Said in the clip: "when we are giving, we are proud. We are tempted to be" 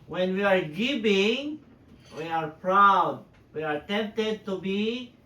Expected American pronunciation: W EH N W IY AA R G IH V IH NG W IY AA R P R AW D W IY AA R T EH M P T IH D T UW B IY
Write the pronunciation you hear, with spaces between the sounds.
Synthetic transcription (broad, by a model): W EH N W IY AA R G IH P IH NG W IY AA R P R AW D W IY AA R T EH M P T IH D T UW B IY